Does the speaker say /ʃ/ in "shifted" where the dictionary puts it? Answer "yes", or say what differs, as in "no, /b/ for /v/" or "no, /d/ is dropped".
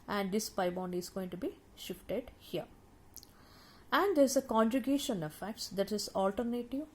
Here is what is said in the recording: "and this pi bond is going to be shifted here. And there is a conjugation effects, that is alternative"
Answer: yes